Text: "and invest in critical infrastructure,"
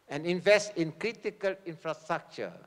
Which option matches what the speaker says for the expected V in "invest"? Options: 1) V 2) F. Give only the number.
1